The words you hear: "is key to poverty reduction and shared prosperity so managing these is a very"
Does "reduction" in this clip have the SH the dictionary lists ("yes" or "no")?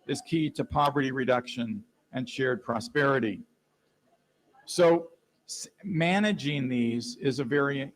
yes